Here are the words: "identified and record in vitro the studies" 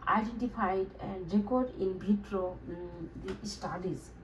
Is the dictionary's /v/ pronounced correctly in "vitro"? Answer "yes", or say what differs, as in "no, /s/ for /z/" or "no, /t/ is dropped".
no, /b/ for /v/